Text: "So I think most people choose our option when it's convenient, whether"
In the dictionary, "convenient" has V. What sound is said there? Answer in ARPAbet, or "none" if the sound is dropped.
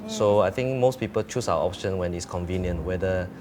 V